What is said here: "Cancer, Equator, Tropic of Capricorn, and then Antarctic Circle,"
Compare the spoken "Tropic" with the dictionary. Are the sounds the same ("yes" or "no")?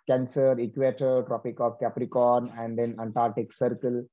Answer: yes